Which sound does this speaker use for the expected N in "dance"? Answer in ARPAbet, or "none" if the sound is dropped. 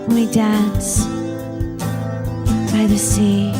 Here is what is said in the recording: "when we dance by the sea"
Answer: N